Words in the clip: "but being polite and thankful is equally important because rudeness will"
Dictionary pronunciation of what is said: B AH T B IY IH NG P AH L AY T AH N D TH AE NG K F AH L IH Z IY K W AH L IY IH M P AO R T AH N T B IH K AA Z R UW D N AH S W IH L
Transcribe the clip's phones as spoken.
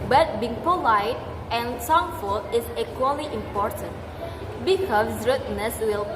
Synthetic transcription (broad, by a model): B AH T B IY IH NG P AH L AY T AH N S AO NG F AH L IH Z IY K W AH L IY IH M P AO R T AH N T B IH K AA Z R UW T N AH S W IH L